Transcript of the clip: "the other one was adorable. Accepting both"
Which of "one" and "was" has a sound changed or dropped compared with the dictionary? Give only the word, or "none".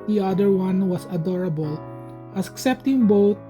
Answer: was